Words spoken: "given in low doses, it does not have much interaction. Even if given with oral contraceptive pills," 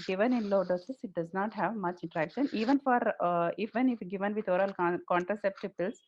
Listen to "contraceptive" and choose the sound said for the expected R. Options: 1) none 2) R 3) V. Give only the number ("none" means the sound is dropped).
2